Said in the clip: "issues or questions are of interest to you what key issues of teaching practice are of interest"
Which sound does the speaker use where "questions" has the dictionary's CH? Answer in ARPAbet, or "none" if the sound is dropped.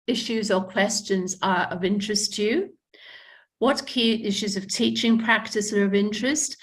CH